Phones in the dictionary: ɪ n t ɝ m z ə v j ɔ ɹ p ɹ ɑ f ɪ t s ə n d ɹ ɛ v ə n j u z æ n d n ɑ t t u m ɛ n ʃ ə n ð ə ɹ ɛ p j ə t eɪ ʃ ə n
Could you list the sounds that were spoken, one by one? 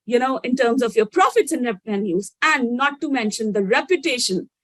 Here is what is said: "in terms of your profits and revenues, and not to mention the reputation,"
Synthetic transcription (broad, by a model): ɪ n t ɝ m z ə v j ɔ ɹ p ɹ ɑ f ɪ t s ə n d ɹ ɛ p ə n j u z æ n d n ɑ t t u m ɛ n ʃ ə n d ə ɹ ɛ p j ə t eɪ ʃ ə n